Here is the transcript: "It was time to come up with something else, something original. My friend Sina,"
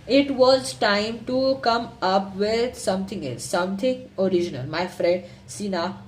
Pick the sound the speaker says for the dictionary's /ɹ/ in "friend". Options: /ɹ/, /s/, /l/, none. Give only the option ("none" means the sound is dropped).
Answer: /ɹ/